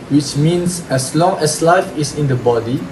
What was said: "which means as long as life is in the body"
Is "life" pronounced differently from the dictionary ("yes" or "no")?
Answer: no